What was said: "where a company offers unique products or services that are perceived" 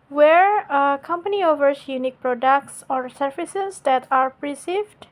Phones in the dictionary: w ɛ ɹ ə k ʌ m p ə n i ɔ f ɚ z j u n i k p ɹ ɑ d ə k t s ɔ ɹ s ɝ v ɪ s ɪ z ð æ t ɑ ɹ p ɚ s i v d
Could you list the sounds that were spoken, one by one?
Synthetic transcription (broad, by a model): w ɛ ɹ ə k ʌ m p ə n i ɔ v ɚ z j u n i k p ɹ ɑ d ə k t s ɔ ɹ s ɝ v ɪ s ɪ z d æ t ɑ ɹ p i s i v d